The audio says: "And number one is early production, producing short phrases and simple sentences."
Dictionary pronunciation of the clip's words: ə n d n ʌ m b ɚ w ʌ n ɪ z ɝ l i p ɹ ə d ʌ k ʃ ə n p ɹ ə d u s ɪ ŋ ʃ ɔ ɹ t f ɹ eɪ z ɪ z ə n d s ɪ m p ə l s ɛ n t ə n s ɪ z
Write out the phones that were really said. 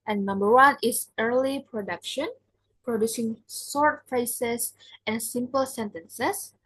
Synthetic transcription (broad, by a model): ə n n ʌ m b ɚ w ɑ n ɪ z ɝ l i p ɹ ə d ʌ k ʃ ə n p ɹ ə d u s ɪ ŋ s ɔ ɹ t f eɪ s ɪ s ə n s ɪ m p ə l s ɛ n t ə n s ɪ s